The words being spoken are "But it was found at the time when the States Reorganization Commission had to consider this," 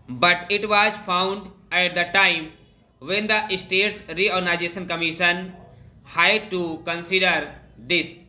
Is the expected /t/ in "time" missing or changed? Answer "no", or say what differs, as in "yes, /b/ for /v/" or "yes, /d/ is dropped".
no